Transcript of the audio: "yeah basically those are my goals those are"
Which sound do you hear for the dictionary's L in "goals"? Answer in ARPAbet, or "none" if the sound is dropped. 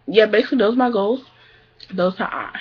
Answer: L